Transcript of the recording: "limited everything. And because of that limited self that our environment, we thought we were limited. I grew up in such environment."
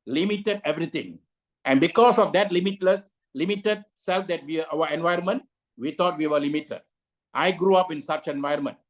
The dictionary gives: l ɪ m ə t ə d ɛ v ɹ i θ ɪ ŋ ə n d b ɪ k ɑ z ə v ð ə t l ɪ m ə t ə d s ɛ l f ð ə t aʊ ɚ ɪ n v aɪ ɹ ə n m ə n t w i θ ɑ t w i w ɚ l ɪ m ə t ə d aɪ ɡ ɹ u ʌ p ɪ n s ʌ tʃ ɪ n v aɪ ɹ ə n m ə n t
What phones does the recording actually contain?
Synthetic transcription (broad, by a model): l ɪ m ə t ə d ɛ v ɹ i t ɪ ŋ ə n b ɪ k ɑ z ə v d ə t l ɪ m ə t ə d s ɛ l f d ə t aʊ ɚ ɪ n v aɪ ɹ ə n m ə n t w i t ɑ t w i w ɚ l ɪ m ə t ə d aɪ ɡ ɹ u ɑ p ɪ n s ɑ tʃ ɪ n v aɪ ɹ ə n m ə n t